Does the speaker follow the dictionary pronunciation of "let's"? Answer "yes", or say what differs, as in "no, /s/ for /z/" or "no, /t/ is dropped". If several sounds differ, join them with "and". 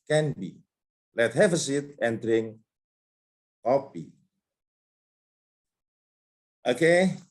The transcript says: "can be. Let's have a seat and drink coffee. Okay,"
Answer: no, /s/ is dropped